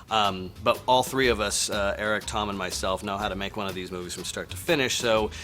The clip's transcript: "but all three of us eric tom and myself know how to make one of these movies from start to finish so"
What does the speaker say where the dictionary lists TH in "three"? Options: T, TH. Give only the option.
TH